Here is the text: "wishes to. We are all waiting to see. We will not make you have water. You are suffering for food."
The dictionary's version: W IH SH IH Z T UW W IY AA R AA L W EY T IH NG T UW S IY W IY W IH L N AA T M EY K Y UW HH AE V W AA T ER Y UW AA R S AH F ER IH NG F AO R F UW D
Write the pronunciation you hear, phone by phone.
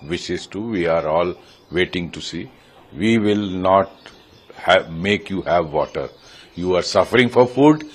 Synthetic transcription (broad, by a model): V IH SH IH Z T UW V IY AA R AA L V EY T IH NG T UW S IY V IY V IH L N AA T M EY K Y UW HH AE V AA T ER Y UW AA R S AH F ER IH NG F AO R F UW D